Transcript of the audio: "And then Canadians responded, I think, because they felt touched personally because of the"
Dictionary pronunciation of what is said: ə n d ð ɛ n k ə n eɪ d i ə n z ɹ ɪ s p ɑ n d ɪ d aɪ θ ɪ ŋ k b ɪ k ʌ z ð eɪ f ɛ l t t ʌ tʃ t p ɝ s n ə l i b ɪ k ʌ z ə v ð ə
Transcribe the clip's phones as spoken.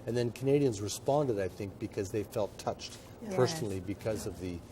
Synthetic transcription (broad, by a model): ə n ð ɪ n k ə n eɪ d i ə n z ɹ ɪ s p ɑ n d ɪ d aɪ θ ɪ ŋ k b ɪ k ʌ z ð eɪ f ɛ l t t ʌ tʃ t p ɝ s n l i b ɪ k ʌ z ə v ð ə